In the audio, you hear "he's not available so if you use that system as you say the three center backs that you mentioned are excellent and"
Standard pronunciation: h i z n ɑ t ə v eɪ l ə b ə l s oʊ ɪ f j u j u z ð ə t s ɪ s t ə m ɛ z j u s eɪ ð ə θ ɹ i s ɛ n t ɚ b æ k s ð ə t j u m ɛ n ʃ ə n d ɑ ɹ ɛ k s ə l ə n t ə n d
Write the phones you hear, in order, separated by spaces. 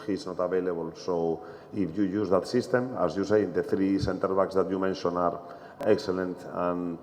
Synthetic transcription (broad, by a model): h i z n ɑ t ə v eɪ l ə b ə l s oʊ ɪ f j u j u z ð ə t s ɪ s t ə m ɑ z j u s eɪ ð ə θ ɹ i s ɛ n t ɚ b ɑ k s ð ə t j u m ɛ n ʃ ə n ɑ ɹ ɛ k s ə l ə n t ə n